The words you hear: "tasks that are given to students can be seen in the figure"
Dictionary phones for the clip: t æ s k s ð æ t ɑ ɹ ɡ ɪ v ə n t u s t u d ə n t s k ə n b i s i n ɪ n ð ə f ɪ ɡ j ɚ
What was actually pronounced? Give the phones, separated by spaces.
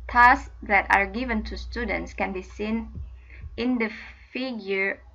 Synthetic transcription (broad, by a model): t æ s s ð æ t ɑ ɹ ɡ ɪ v ə n t u s t u d ə n t s k ə n b i s i n ɪ n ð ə f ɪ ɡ j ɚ